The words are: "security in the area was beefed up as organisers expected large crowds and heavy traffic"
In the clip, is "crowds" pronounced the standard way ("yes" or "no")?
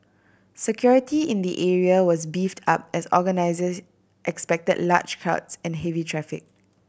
no